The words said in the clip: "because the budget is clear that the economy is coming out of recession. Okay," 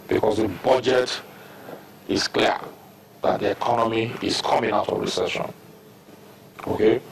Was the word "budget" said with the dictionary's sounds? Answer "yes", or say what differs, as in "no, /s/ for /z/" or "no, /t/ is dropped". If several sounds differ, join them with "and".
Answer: yes